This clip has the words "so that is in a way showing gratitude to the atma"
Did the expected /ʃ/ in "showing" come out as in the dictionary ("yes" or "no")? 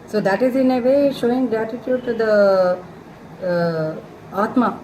yes